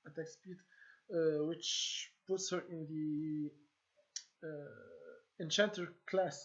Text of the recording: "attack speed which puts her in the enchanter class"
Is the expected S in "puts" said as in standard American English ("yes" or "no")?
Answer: yes